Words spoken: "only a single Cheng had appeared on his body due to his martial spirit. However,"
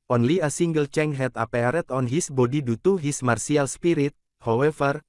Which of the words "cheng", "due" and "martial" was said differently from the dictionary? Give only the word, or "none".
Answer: martial